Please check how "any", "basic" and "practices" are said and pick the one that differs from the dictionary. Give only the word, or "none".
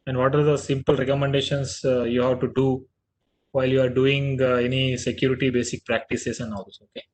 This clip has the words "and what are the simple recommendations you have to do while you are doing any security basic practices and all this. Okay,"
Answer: practices